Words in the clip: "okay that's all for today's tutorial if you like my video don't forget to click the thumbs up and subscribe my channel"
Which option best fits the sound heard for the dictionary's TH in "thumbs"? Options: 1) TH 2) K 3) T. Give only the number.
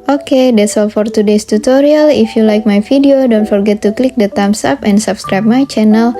3